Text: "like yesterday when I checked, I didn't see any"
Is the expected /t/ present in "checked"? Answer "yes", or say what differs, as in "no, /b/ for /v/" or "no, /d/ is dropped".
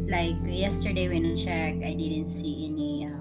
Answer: no, /t/ is dropped